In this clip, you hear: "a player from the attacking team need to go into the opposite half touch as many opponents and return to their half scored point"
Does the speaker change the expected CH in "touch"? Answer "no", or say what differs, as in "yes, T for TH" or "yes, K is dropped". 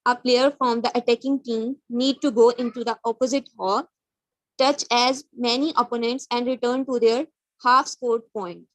no